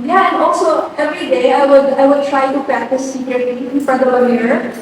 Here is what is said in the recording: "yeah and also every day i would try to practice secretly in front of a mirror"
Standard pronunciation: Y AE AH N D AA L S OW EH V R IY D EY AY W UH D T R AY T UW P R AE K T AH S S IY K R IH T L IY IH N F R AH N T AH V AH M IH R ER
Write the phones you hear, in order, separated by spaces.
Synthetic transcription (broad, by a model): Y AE AH N D AA L S OW EH V R IY D EY AY W UH D T R AY T UW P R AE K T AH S S IY K R IH T L IY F AH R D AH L AH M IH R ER